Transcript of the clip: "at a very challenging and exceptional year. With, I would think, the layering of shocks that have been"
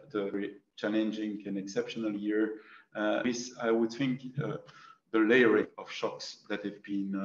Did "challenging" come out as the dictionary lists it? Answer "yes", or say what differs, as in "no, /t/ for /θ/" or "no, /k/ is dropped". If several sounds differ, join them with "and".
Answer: yes